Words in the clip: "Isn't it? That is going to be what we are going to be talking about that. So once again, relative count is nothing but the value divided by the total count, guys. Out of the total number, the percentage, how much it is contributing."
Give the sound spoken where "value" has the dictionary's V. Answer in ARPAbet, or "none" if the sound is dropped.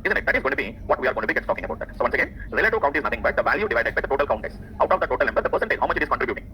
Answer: V